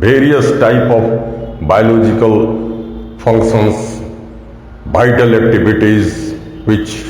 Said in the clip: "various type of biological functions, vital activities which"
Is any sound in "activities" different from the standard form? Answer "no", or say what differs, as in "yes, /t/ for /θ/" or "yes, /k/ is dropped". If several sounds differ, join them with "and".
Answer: yes, /b/ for /v/